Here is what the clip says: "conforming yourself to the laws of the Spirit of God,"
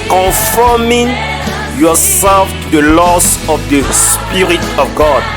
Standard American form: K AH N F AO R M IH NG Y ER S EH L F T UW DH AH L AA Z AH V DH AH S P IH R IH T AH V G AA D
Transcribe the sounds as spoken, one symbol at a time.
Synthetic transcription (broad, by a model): K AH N F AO M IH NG Y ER S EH L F T UW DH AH L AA S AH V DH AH S P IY R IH T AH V G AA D